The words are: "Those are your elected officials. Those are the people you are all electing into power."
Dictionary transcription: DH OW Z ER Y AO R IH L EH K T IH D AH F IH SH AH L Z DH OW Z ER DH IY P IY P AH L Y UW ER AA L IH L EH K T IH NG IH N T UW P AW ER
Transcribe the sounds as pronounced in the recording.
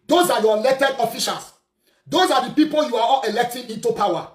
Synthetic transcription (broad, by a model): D OW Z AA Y AO L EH T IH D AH F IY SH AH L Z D OW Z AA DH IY P IY P AH L Y UW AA AA L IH L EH K T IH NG IH N T UW P AW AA